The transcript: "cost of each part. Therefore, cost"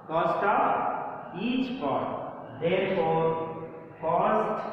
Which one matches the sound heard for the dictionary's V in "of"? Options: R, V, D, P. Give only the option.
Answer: P